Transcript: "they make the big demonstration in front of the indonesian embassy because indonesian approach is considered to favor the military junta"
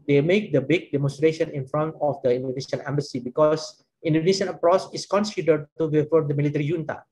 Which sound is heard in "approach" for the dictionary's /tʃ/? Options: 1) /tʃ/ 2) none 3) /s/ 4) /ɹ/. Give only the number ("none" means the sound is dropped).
3